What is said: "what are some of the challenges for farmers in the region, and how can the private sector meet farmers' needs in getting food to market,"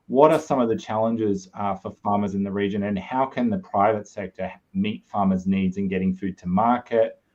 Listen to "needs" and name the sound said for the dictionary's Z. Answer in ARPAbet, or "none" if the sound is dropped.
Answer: Z